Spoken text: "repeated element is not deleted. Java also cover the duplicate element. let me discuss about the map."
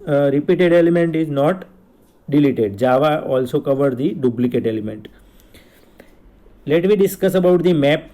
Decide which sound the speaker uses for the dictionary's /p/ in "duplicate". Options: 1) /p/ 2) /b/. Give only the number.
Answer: 2